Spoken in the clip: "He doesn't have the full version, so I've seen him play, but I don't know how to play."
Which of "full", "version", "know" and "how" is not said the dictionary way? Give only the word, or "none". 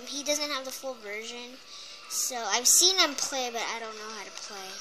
none